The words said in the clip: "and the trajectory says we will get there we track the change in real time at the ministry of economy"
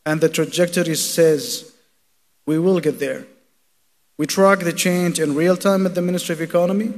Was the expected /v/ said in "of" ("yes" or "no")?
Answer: yes